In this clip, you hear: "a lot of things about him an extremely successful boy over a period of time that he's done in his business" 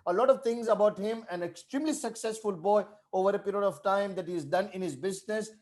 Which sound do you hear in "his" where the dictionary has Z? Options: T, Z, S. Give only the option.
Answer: Z